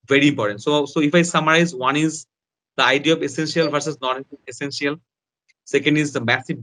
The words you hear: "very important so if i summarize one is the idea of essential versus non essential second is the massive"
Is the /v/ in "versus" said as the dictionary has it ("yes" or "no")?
no